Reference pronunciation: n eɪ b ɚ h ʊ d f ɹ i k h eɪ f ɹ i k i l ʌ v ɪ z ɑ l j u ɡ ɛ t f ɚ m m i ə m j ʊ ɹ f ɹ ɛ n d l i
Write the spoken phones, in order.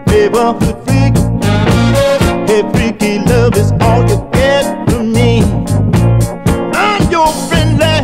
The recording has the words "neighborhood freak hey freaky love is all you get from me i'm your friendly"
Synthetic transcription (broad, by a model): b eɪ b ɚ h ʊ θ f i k h eɪ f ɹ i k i l ʌ v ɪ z ɑ l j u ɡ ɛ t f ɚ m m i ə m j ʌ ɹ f ɹ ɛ n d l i